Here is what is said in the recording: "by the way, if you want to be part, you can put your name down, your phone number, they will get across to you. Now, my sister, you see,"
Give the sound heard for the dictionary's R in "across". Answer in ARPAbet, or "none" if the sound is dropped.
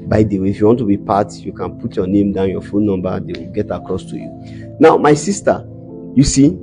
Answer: R